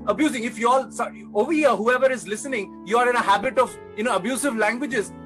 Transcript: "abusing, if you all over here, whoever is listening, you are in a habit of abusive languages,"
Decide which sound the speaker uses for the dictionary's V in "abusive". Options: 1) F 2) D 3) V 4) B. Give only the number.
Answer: 3